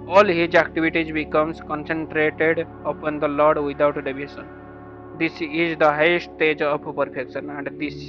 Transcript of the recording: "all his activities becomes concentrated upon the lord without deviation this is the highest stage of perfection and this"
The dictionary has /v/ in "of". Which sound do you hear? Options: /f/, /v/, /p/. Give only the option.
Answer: /p/